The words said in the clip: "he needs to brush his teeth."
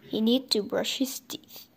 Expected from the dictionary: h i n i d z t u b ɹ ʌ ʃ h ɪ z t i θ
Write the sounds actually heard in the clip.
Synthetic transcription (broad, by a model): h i n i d t u b ɹ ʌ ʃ h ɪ s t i